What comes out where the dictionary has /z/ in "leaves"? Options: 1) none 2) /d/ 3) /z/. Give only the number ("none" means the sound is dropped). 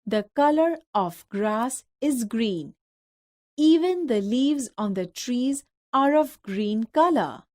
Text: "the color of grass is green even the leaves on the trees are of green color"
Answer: 3